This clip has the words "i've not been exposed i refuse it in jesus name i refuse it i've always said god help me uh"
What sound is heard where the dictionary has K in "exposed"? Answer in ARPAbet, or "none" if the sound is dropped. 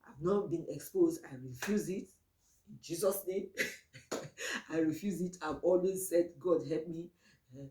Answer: K